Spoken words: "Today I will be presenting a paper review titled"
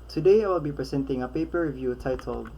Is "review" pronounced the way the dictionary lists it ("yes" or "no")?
yes